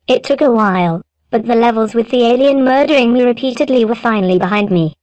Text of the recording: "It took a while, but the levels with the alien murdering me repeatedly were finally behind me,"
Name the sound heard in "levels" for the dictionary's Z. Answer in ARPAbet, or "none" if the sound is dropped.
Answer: Z